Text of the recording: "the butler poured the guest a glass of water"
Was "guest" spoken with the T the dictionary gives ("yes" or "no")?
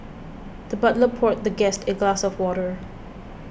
yes